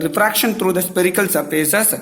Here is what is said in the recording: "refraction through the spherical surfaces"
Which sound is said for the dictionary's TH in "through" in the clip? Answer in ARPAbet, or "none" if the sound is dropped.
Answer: T